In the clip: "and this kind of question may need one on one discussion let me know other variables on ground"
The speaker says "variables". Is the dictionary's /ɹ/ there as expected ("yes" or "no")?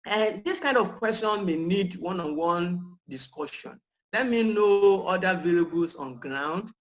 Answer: no